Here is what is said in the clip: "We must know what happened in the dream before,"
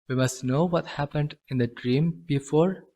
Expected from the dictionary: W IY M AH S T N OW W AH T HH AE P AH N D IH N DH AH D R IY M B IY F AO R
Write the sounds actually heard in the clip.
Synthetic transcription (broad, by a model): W IY M AH S T N OW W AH T HH AE P AH N D IH N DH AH D R IY M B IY F AO R